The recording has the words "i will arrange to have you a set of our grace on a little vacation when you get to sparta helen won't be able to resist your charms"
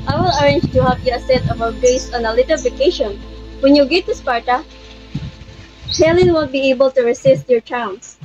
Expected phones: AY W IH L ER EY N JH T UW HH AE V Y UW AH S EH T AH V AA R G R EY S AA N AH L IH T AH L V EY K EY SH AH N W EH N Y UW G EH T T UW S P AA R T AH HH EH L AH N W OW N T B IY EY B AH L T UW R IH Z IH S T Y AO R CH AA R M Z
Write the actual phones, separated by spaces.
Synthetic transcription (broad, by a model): AY W IH L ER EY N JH T UW HH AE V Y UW AH S EH T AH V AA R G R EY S AA N AH L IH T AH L V EY K EY SH AH N W EH N Y UW G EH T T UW S P AA R T AH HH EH L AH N W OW L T B IY EY B AH L T UW R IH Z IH S T Y AO R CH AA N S